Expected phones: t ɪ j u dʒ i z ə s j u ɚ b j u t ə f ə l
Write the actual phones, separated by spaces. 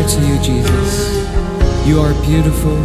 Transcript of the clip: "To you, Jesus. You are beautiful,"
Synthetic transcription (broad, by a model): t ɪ j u dʒ i z ə s j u ɚ b j u t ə f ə l